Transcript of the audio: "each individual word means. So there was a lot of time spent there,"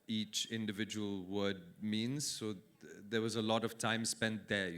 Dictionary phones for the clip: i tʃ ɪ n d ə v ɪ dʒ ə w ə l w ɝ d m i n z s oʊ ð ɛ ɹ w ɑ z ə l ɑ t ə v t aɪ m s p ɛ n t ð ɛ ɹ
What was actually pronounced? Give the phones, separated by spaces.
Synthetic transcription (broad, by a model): i tʃ ɪ n d ə v ɪ dʒ ə w ə l w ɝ d m i n z s oʊ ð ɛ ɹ w ɑ z ə l ɑ t ə v t aɪ m s p ɛ n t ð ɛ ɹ